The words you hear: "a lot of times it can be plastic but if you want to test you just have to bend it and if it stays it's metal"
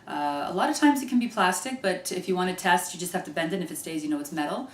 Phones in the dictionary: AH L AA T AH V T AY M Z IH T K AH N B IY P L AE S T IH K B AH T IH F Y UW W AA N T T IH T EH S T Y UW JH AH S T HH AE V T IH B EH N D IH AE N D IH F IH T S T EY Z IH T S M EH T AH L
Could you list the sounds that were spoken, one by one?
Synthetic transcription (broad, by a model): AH L AA T AH V T AY M Z IH T K N B IY P L AE S T IH K B AH T IH F Y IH W AA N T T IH T EH S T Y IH JH AH S T HH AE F T IH B EH N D IH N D IH F IH T S T EY Z IH T S M EH T L